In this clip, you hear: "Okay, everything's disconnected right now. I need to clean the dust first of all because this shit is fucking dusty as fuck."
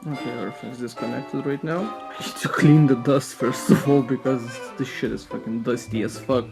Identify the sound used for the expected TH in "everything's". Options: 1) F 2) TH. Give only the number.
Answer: 1